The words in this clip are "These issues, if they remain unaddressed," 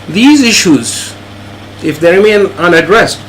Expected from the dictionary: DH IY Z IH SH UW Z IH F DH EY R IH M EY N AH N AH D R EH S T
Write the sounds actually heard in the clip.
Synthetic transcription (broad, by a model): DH IY Z IH SH UW Z IH F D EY R IH M EY N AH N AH D R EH S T